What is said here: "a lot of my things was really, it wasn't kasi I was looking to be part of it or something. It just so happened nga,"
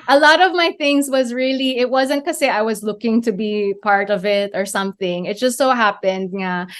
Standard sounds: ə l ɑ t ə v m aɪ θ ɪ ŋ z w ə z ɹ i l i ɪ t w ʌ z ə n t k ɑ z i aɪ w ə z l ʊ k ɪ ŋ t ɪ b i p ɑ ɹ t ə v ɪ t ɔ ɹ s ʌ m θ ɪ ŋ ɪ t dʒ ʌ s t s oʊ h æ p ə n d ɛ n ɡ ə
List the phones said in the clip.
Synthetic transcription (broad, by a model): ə l ɑ t ə v m aɪ θ ɪ ŋ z w ə z ɹ i l i ɪ t w ʌ z ə n t k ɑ s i aɪ w ə z l ʊ k ɪ ŋ t ɪ b i p ɑ ɹ t ə v ɪ t ɔ ɹ s ʌ m θ ɪ ŋ ɪ t dʒ ʌ s t s oʊ h æ p ə n d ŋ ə